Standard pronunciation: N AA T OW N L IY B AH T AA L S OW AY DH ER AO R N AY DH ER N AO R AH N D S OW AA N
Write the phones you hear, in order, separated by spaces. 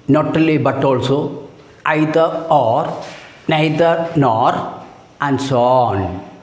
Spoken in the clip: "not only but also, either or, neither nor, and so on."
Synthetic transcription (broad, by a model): N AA T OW L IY B AH T AA L S OW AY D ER AO R N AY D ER N AO R AH N D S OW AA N